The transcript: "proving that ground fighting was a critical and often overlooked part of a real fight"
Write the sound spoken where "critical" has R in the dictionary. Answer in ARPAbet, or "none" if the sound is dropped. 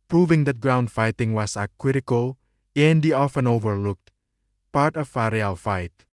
W